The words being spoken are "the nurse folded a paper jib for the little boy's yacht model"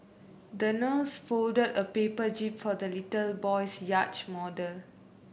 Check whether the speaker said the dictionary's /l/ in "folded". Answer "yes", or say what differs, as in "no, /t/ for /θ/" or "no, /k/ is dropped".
yes